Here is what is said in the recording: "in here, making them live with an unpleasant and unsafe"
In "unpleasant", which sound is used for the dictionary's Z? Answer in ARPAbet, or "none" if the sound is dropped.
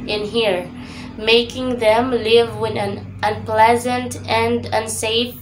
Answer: Z